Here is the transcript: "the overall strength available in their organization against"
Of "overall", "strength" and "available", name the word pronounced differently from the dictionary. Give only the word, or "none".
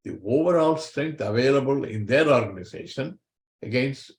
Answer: strength